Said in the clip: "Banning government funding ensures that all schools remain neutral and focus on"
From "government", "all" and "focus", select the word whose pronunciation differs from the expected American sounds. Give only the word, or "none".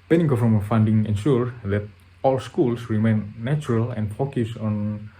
government